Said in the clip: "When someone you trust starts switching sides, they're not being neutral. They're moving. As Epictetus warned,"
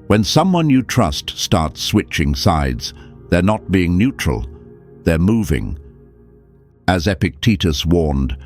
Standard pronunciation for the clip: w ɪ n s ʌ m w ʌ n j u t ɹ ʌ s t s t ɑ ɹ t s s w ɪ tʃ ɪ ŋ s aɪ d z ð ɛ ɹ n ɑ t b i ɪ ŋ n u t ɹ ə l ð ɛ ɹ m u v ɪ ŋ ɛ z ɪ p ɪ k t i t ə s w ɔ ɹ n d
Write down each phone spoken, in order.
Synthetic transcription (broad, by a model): w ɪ n s ʌ m w ʌ n j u t ɹ ʌ s t s t ɑ ɹ t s s w ɪ tʃ ɪ ŋ s aɪ d z ð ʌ ɹ n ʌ t b i ɪ ŋ n u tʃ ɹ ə l ð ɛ ɹ m u v ɪ ŋ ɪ z ɪ p ɪ k t i t ə s w ɔ ɹ n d